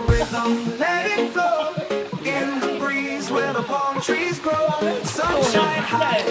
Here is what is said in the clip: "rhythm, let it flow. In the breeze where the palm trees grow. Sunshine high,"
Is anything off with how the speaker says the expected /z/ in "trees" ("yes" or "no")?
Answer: no